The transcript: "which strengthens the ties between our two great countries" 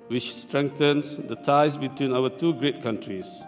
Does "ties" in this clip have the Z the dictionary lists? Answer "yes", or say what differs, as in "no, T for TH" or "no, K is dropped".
no, S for Z